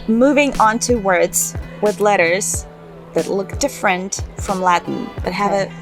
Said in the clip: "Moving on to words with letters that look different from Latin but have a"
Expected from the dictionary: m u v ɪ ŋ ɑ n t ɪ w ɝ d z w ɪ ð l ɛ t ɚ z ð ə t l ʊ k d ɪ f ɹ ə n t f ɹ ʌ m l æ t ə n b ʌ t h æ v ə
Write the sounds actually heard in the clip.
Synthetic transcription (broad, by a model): m u v ɪ ŋ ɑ n t ɪ w ɝ d z w ɪ ð l ɛ t ɚ z ð ə t l ʊ k d ɪ f ɹ ə n t f ɹ ʌ m l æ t n b ʌ t h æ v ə